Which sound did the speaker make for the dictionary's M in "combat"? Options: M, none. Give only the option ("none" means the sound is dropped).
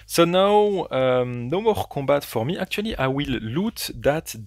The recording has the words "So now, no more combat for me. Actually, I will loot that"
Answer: none